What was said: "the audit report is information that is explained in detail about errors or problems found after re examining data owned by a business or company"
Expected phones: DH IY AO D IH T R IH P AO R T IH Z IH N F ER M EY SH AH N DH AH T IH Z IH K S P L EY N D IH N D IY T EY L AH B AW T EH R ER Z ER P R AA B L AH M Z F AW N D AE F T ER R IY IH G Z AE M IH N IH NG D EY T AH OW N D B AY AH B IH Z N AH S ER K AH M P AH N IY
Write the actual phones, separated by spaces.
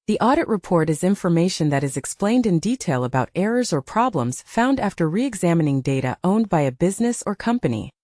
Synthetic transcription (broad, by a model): DH IY AO D IH T R IH P AO R T IH Z IH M F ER M EY SH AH N DH AH T IH Z IH K S P L EY N D IH N D IY T EY L AH B AW T EH R ER Z ER P R AA B L AH M Z F AW N D AE F T ER R IY IH G Z AE M IH N IH NG D EY T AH OW N B AY AH B IH Z N AH S ER K AH M P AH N IY